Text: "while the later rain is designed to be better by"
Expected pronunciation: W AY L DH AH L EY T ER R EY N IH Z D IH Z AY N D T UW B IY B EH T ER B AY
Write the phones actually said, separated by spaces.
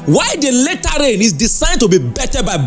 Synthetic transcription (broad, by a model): W AY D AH L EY T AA R EY N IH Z D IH S AY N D T UW B IY B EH T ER B AY